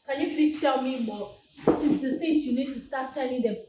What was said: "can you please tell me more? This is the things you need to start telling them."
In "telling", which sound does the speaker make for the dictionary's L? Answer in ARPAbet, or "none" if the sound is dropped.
N